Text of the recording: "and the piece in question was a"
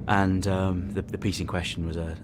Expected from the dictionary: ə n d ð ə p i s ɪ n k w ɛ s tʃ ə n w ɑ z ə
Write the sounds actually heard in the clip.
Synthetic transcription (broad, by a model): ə n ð ð ə p i s ɪ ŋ k w ɛ s tʃ ə n w ɑ z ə